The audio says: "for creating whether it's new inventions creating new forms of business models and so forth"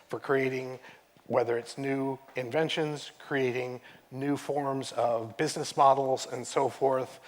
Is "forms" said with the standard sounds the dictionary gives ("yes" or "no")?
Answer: yes